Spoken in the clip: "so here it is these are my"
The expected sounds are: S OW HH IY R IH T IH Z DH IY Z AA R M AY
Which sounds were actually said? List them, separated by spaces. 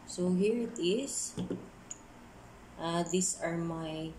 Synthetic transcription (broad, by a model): S OW HH IY R IH T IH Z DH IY S AA R M AY